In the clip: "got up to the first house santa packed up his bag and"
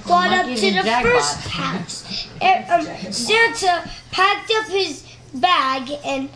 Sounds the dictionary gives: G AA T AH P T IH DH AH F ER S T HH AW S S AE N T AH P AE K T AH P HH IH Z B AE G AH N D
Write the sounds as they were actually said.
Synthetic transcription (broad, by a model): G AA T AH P T IH DH AH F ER S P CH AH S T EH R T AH P AE K T AH P HH IH Z B AE G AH N